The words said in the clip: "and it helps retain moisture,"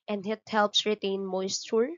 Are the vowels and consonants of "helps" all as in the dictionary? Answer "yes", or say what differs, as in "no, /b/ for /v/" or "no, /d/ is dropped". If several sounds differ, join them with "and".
yes